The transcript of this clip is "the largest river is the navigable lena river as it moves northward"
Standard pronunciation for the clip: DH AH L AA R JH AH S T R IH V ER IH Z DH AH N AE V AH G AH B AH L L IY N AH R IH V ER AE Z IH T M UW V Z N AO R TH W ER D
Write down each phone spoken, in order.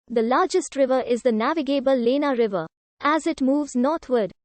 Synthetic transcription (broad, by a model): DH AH L AA R JH AH S T R IH V ER IH Z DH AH N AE V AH G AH B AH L L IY N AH R IH V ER AE Z IH T M UW V Z N AO R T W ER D